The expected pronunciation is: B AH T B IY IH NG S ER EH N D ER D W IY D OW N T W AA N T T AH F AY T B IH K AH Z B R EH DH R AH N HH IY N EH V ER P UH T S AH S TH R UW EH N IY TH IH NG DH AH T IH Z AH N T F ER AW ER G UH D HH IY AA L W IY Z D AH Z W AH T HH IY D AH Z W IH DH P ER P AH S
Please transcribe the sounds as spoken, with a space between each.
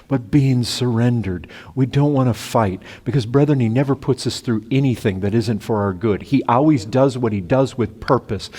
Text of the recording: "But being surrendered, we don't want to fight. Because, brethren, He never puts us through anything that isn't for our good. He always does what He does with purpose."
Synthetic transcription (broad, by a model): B AH T B IY IH NG S ER EH N D ER D W IY D OW N T W AA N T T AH F AY T B IH K AH Z B R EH DH R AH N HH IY N EH V ER P UH T S AH S TH R UW EH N IY TH IH NG DH AH T IH Z AH N T F ER AW ER G UH D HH IY AA L W IY Z D AH Z W AH T HH IY D AH Z W IH DH P ER P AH S